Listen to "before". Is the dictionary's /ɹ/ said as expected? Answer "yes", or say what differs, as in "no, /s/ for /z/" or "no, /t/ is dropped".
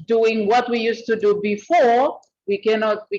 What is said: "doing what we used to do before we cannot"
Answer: yes